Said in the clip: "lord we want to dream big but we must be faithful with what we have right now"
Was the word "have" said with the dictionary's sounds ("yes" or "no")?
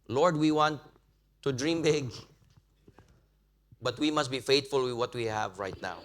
yes